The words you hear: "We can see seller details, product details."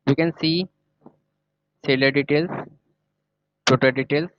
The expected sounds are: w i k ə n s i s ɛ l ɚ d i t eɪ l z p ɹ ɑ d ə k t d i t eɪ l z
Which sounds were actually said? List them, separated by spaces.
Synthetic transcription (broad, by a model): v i k ə n s i s ɛ l ɚ d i t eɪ l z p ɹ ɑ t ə t d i t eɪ l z